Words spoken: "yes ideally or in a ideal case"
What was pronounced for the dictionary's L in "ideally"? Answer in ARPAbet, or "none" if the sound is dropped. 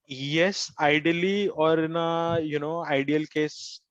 L